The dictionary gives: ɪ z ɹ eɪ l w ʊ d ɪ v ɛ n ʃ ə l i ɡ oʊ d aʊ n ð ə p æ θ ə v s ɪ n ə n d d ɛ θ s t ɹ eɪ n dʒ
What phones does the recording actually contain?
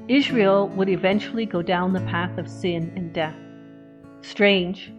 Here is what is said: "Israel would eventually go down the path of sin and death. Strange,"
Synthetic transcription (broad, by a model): ɪ z ɹ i l w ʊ d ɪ v ɛ n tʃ l i ɡ oʊ d aʊ n ð ə p æ θ ə v s ɪ n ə n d d ɛ θ s t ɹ eɪ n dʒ